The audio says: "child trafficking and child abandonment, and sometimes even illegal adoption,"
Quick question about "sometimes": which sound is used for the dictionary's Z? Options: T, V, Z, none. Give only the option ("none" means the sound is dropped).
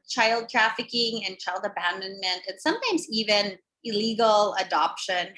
Z